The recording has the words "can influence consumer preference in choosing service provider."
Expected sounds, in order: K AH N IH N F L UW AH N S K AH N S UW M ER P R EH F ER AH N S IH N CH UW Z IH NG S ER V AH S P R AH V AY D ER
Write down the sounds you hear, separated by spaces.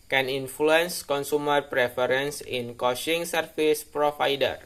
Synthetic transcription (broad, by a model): K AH N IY N F L UW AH N S K AH N S UW M ER P R EH F ER AH N S IH N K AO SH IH NG S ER F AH S P R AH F AY D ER